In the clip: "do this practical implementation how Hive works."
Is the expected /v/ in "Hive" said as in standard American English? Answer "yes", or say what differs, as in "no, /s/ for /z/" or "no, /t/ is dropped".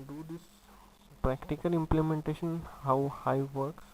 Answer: yes